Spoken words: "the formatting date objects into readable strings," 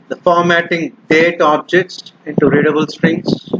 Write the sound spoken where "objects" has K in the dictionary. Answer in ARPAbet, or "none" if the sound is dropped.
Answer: K